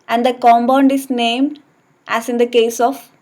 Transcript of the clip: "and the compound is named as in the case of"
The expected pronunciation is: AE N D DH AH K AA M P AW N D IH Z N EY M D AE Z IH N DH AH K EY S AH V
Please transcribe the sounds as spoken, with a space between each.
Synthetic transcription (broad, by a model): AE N D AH K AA M B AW N D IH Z N EY M D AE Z IH N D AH K EY S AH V